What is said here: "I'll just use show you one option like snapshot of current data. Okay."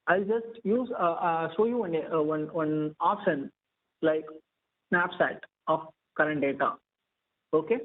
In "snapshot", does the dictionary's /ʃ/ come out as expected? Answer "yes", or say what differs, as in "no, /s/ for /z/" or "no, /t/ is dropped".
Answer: no, /s/ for /ʃ/